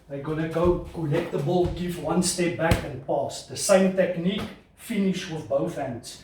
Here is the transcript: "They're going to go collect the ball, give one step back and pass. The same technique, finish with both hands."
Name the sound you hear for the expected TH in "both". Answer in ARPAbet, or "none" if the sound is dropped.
TH